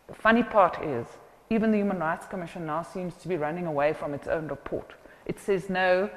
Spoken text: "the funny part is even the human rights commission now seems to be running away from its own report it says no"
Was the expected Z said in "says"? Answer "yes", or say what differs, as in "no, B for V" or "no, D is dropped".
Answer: yes